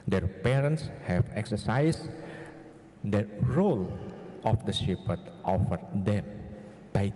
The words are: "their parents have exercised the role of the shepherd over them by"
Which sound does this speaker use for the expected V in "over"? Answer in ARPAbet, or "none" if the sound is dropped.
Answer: F